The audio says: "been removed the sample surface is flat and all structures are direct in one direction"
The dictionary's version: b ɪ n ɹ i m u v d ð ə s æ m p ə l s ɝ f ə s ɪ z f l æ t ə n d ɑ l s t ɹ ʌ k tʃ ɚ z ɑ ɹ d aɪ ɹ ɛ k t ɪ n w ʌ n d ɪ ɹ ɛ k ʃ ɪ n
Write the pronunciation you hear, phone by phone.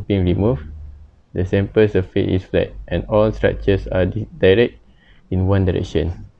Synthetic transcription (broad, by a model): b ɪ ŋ ɹ i m u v d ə s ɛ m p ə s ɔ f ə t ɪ s f l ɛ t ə n ɑ l s t ɹ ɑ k tʃ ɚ s ɑ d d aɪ ɹ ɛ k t ɪ n w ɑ n d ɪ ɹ ɛ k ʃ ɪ n